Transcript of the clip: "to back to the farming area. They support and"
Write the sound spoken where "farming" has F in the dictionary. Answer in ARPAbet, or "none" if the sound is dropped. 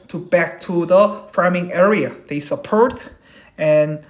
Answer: F